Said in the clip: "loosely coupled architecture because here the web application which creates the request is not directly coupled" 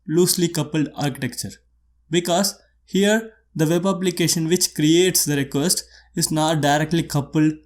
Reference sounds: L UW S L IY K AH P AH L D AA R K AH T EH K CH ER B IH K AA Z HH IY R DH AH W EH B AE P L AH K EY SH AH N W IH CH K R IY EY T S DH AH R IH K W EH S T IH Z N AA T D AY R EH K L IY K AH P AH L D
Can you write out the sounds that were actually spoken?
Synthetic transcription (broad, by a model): L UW S L IY K AH P AH L D AA R K AH T EH K CH ER B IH K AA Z HH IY R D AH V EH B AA B L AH K EY SH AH N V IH CH K R IY EY T S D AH R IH K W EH S T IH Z N AA T D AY R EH K L IY K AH P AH L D